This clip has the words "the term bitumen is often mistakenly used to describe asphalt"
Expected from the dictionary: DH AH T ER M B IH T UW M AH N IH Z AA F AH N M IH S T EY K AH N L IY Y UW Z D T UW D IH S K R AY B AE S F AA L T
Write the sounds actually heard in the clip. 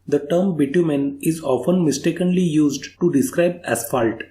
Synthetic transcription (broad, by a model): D AH T ER M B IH T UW M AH N IH Z AA F AH N M IH S T EY K AH N L IY Y UW Z D T UW D IH S K R AY B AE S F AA L T